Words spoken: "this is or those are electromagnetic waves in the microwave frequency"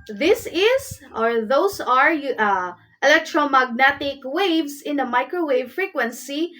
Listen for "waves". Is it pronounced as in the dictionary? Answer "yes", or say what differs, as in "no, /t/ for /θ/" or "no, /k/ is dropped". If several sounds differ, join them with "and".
no, /s/ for /z/